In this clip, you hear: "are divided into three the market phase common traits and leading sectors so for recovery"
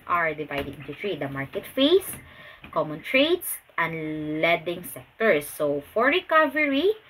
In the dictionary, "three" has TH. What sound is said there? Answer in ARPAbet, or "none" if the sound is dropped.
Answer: T